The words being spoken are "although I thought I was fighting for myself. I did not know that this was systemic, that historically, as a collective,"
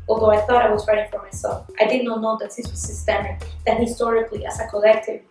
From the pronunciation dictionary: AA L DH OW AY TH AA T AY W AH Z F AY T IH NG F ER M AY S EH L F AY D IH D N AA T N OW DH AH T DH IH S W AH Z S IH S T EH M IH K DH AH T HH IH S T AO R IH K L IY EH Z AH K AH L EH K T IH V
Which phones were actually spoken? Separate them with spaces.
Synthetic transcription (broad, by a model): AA L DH OW AY TH AA T AY W AH Z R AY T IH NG F ER M AY S EH L F AY D IH D N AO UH N OW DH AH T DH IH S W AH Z S IH S T EH M IH K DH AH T HH IH S T AO R IH K L IY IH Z AH K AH L EH K T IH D